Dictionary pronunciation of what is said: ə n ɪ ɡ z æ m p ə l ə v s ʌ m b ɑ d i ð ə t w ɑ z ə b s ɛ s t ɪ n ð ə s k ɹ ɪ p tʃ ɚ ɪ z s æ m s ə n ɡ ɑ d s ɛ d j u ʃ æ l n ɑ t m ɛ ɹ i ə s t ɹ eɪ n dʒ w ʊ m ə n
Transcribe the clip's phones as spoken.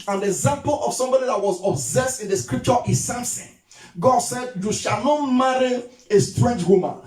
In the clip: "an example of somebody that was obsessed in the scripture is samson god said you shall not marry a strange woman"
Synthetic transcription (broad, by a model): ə n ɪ ɡ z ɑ m p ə l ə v s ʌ m b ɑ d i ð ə t w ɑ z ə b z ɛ s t ɪ n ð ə s k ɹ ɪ p tʃ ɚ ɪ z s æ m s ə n ɡ ɑ d s ɛ d j u ʃ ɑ l n ɑ t m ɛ ɹ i ə s t ɹ eɪ n dʒ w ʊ m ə n